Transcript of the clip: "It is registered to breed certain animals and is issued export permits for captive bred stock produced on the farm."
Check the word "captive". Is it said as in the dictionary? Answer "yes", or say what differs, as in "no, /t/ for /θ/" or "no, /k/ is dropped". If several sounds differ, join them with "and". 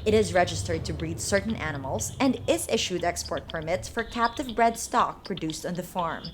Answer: yes